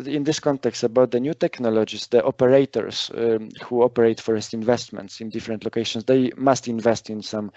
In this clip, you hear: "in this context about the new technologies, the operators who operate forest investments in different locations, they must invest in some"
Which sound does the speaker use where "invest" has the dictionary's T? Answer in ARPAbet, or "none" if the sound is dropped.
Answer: T